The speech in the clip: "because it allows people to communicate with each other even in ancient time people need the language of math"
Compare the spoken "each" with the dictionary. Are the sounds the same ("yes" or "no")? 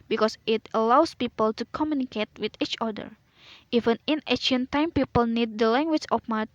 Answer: yes